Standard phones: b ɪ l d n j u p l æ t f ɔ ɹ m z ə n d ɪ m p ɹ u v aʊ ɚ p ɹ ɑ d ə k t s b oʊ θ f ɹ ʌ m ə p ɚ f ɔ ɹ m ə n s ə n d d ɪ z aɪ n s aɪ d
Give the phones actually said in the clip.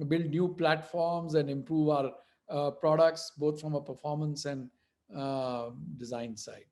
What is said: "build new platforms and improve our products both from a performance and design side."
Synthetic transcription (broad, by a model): b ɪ l d n j u p l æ t f ɔ ɹ m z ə n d ɪ m p ɹ u v aʊ ɚ p ɹ ɑ d ə k t s b oʊ t f ɹ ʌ m ə p ɚ f ɔ ɹ m ə n s ə n d d ɪ z aɪ n s aɪ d